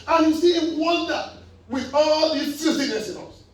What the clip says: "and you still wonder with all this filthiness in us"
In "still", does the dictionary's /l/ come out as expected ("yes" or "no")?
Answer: no